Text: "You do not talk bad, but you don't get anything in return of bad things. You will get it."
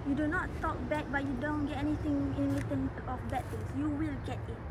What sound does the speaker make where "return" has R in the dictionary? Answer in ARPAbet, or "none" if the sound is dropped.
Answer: L